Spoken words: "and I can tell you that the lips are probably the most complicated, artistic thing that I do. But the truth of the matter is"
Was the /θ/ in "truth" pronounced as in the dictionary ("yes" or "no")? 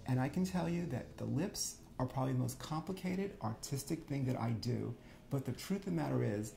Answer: yes